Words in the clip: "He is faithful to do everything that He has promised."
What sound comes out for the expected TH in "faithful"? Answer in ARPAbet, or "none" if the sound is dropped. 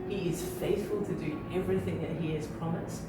TH